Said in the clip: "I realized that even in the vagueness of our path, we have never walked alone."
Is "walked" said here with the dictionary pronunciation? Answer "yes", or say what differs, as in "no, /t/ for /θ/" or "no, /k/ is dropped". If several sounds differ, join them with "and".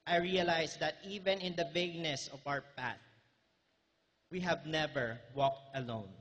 yes